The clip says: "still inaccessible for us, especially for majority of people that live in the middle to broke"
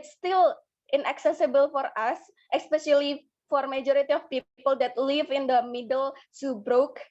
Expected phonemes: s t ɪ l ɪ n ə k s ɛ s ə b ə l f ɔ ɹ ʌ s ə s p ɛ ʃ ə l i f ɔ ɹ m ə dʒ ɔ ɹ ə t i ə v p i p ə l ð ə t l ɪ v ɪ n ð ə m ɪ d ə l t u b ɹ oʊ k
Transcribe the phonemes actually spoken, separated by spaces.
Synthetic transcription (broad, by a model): s t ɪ l ɪ n ə k s ɛ s ə b ə l f ɔ ɹ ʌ s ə s p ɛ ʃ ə l i f ɔ ɹ m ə dʒ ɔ ɹ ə t i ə f p i p ə l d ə t l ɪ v ɪ n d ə m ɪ d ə l s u b ɹ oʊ k